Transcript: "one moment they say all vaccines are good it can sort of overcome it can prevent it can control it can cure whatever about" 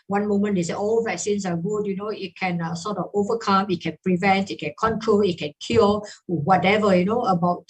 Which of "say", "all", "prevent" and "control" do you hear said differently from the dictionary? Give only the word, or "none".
none